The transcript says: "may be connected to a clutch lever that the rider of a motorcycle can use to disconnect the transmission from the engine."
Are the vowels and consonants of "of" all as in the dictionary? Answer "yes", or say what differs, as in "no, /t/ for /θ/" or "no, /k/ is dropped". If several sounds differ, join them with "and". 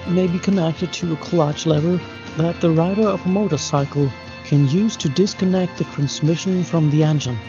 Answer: yes